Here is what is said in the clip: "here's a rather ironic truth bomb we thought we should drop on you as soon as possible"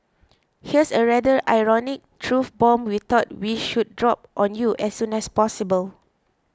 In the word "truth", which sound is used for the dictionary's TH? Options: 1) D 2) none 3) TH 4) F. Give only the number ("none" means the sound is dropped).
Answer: 4